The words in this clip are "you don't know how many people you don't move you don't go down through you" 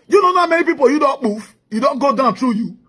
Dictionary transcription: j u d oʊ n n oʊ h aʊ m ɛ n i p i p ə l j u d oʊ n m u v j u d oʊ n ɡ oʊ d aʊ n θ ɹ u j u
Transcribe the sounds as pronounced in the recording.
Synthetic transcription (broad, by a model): j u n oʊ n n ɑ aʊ m ɛ n i p i p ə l j u d oʊ n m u f j u d oʊ n ɡ oʊ d aʊ n t ɹ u j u